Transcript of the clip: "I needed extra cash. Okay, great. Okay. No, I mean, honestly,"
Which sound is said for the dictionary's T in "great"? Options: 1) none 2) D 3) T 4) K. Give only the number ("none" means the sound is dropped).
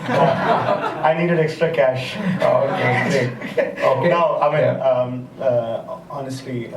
1